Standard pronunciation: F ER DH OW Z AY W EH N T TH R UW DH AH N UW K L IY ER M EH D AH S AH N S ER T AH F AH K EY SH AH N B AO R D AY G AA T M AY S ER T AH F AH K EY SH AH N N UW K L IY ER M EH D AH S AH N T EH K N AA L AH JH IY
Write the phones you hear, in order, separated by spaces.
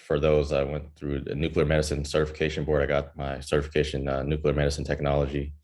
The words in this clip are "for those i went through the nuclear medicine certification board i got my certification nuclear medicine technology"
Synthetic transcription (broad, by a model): F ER DH OW Z AY W EH N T TH R UW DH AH N UW K L IY ER M EH D AH S AH N S ER T AH F AH K EY SH AH N B AO R D AY G AA T M AY S ER T AH F AH K EY SH AH N N UW K L IY ER M EH D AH S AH N T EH K N AA L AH JH IY